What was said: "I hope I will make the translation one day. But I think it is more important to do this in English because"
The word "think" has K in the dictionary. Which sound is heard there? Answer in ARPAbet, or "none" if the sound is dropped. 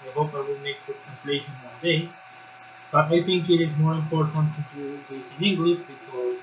K